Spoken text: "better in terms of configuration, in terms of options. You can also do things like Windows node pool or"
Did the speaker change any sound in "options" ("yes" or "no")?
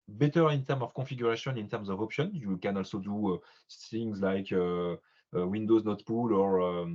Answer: yes